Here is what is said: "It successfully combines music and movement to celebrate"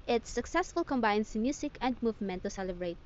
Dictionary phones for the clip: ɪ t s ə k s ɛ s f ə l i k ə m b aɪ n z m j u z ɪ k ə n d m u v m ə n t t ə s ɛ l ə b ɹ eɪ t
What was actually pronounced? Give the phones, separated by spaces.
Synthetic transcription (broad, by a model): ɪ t s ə k s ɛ s f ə l k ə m b aɪ n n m j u s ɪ k ə n d m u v m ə n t t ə s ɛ l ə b ɹ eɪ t